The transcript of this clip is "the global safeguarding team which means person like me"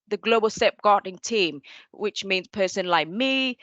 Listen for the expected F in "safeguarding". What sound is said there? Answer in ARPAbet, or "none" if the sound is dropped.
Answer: P